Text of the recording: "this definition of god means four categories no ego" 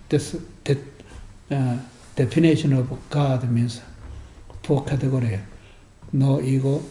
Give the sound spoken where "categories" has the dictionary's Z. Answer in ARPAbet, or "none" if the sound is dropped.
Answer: none